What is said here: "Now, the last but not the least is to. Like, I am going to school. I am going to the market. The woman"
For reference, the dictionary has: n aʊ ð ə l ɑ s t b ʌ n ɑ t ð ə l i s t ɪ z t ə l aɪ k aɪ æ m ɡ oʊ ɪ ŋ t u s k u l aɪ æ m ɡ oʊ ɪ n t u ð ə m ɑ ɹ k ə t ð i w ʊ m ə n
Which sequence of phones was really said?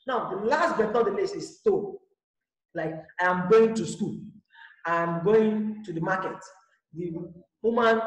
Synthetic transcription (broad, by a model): n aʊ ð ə l ɑ s t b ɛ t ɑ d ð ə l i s ɪ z t ə l aɪ k aɪ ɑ m ɡ oʊ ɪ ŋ t u s k u l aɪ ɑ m ɡ oʊ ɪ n t u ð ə m ɑ k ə t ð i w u m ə n